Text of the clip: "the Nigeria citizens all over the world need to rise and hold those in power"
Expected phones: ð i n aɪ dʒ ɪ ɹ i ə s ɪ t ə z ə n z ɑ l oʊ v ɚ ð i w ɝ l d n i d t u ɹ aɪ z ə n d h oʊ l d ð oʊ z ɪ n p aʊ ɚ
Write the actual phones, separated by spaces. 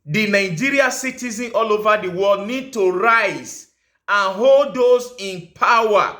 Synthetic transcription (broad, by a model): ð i n aɪ dʒ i ɹ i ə s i t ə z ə n ɑ l oʊ v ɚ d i w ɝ l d n i d t u ɹ aɪ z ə n h oʊ l d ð oʊ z ɪ n p aʊ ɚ